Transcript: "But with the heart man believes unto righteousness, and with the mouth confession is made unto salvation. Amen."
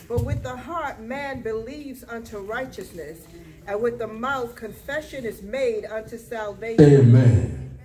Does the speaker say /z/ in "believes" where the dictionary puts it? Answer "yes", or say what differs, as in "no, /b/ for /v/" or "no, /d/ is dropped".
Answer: yes